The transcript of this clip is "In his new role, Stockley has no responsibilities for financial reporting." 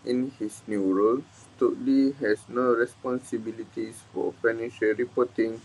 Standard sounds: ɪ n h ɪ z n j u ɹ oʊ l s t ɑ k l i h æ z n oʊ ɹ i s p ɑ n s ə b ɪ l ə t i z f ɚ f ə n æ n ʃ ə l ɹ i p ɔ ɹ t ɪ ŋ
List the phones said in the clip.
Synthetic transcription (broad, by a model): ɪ n h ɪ s n j u ɹ oʊ l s t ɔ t l i h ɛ s n oʊ ɹ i s p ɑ n s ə b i l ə t i s f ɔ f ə n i ʃ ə ɹ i p ɔ t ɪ ŋ